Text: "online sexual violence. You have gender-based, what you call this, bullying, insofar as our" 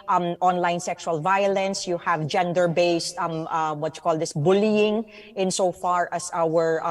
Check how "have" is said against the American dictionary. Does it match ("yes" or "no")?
yes